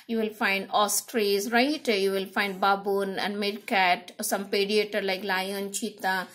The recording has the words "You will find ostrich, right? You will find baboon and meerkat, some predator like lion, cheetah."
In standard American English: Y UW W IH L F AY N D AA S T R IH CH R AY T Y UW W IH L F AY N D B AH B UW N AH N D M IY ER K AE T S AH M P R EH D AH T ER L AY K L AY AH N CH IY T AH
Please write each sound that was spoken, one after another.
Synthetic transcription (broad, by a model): Y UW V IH L F AY N D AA S T R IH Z R AY T Y UW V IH L F AY N D B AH B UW N AH N D M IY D K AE T S AH M P EH D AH T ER L AY K L AY AH N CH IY T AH